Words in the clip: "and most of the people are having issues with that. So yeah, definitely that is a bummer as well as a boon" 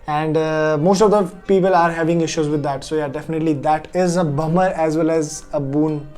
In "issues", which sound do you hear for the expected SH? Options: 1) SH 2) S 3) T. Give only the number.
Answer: 1